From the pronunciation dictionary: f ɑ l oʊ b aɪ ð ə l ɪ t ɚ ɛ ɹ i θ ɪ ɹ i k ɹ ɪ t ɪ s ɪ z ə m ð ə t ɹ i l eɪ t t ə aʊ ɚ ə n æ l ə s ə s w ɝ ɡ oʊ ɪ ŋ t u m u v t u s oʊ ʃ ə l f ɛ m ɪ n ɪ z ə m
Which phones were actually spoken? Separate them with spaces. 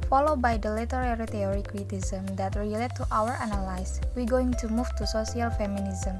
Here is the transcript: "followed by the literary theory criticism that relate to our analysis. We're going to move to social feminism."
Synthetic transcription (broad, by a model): f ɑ l oʊ b aɪ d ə l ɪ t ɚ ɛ ɹ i t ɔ ɹ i k ɹ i t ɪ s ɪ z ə m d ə t ɹ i l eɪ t t aʊ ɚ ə n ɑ l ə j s w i ɡ oʊ ɪ ŋ t u m u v t u s oʊ s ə l f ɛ m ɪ n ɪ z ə m